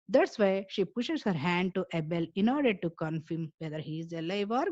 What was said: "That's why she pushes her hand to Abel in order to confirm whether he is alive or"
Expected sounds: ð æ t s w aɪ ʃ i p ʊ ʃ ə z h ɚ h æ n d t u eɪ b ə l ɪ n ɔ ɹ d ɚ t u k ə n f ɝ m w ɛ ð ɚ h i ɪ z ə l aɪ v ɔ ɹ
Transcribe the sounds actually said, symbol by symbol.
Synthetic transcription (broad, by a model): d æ t s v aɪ ʃ i p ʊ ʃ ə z h ɚ h æ n d t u eɪ b ə l ɪ n ɔ ɹ d ɚ t u k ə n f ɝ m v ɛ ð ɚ h i ɪ z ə l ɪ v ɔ ɹ